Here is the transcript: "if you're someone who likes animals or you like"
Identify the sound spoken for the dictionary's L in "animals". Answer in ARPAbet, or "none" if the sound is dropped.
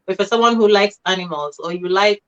L